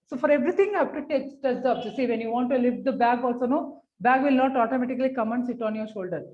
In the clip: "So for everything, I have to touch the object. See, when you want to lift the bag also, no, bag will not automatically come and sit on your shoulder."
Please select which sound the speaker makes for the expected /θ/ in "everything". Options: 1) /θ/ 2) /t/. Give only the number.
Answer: 2